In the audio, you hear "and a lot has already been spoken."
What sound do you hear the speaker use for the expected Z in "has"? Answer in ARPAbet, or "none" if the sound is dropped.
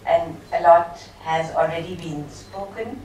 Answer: Z